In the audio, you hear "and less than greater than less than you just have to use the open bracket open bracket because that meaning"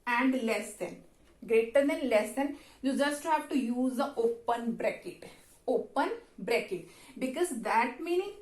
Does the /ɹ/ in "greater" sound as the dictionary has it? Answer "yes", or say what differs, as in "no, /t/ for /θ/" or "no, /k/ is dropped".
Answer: yes